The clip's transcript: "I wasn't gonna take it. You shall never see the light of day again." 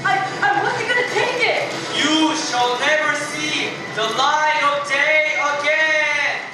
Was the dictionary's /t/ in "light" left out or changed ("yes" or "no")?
yes